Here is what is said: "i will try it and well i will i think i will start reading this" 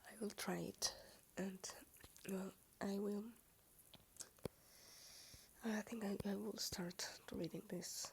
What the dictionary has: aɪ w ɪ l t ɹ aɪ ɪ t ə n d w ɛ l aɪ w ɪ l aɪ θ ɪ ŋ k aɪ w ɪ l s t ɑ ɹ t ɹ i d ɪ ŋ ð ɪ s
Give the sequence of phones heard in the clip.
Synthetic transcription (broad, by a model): aɪ w ɪ l t ɹ aɪ ɪ t ə n d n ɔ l aɪ w ɪ l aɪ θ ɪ ŋ k aɪ w ɪ l s t ɑ ɹ t ɹ i d ɪ ŋ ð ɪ s